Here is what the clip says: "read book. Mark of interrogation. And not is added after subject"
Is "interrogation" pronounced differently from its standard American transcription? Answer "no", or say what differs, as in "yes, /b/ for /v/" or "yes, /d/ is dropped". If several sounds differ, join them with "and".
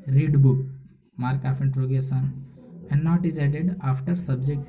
yes, /s/ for /ʃ/